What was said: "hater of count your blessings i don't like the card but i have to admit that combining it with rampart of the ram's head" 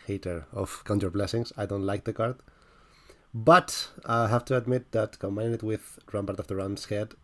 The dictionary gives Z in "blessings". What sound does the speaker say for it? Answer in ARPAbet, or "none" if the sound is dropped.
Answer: S